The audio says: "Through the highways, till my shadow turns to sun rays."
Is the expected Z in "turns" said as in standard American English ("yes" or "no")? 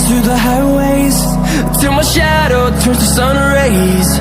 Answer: no